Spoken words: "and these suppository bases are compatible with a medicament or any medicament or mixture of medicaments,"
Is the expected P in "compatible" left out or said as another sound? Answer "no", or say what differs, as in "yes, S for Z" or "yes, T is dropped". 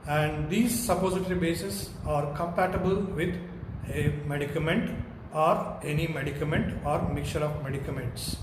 no